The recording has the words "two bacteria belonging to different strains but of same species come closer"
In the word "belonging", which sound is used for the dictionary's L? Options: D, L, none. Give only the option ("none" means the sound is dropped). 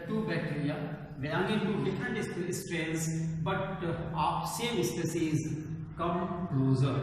none